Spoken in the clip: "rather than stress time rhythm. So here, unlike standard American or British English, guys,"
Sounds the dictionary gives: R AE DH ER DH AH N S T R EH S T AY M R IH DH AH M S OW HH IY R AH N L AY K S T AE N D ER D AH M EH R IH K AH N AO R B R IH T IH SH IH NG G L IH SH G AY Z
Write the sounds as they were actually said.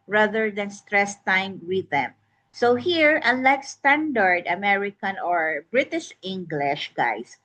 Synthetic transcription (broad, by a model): R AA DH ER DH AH N S T R EH S T AY M W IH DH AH M S OW HH IY R AH N L AY K S T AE N D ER D AH M EH R IH K AH N AO R B R IH T IH SH IH NG G L IH SH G AY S